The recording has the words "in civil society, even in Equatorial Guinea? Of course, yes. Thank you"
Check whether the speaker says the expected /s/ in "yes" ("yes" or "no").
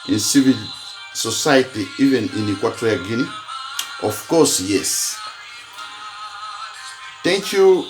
yes